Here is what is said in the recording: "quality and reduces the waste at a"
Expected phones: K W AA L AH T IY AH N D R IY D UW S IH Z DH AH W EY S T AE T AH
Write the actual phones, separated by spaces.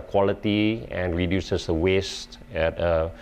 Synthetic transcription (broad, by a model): K W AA L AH T IY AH N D R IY D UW S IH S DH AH W EY S T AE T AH